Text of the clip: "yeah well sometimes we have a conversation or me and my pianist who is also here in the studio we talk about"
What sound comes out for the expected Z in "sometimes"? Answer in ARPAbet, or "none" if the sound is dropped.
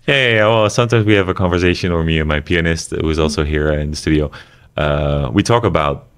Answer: Z